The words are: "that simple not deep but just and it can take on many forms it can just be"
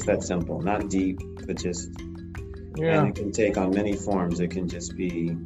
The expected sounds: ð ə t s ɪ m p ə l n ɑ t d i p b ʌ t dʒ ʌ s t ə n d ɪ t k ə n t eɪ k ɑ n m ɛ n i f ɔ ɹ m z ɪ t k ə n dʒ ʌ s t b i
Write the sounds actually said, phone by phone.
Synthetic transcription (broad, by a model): ð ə t s ɪ m p l n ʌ t d i p b ʌ t dʒ ʌ s t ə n ɪ t k ə n t eɪ k n m ɛ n i f ɔ ɹ m z ɪ t k ə n dʒ ʌ s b i